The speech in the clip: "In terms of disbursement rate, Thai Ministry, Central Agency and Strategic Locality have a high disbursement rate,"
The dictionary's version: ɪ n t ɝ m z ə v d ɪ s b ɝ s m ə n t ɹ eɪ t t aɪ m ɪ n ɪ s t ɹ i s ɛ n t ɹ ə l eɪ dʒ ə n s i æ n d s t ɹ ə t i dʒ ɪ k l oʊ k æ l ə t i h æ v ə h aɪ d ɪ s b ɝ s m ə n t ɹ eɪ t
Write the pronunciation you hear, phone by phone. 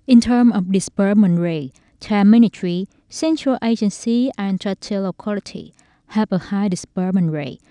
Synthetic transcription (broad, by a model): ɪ n t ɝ m ə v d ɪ s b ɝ m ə n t ɹ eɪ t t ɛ m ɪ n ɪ t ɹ i s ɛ n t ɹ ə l eɪ dʒ ə n s i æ n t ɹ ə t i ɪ l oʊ k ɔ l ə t i h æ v ə h aɪ d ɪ s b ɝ m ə n ɹ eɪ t